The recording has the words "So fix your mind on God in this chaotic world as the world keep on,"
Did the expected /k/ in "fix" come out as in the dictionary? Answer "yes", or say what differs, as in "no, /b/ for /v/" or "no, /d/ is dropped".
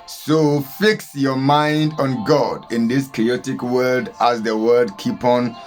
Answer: yes